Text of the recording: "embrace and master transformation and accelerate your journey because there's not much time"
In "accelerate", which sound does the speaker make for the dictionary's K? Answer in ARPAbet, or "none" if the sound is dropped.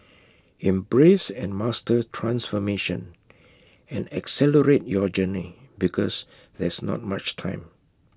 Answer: K